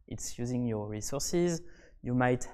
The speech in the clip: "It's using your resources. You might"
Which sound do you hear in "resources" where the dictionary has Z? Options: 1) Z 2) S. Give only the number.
1